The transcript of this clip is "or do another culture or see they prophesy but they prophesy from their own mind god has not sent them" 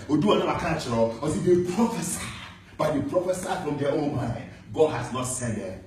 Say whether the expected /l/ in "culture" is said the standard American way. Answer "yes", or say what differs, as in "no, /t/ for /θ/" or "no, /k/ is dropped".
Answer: no, /n/ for /l/